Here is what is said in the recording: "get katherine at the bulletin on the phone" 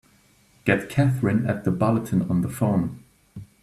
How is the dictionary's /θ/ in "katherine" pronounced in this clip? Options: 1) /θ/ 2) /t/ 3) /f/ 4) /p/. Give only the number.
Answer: 1